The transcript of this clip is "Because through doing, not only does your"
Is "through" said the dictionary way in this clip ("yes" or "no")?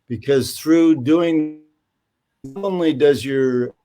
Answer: yes